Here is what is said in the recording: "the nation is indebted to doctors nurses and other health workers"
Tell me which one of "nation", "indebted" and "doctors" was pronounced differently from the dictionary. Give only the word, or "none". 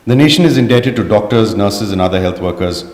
none